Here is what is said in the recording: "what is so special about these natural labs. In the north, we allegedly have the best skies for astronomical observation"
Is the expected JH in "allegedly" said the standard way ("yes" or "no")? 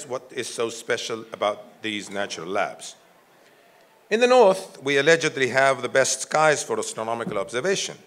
yes